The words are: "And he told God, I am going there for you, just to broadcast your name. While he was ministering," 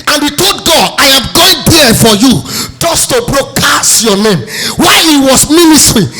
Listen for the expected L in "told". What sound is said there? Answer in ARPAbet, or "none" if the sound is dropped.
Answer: none